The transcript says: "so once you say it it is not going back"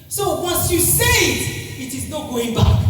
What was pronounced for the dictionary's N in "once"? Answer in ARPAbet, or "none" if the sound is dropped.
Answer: none